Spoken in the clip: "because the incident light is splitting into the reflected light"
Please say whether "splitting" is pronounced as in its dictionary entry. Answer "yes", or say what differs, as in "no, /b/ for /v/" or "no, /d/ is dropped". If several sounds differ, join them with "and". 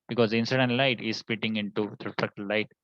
no, /l/ is dropped